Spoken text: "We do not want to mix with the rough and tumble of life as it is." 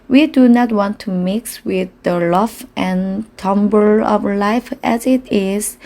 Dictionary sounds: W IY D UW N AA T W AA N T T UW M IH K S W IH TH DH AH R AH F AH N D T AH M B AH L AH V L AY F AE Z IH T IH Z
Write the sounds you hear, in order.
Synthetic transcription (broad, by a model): W IY D UW N AA T W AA N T T UW M IH K S W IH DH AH L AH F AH N T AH M B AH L AH V L AY F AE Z IH T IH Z